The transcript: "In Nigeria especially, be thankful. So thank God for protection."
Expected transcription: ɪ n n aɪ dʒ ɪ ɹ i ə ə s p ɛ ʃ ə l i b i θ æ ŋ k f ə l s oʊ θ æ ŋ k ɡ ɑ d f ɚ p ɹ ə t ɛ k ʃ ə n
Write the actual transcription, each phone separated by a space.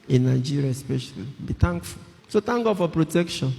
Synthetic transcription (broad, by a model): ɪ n n aɪ dʒ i ɹ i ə ə s p ɛ ʃ ə l i b i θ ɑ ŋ k f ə l s oʊ t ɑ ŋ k ɡ ɑ d f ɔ p ɹ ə t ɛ k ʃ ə n